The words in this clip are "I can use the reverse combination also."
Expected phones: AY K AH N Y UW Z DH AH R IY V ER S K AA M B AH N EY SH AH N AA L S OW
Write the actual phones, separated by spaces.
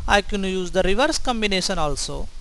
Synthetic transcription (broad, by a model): AY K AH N Y UW Z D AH R IY V ER S K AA M B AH N EY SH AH N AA L S OW